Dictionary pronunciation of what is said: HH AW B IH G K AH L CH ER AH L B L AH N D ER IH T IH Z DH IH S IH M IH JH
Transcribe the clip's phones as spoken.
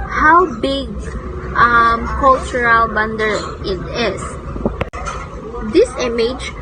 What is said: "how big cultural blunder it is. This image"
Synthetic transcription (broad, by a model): HH AW B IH G K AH L CH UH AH L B AH N D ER IH T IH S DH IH S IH M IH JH